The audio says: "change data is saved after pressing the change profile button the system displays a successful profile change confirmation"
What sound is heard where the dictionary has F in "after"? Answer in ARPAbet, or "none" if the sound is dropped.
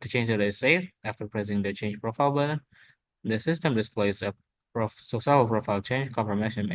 F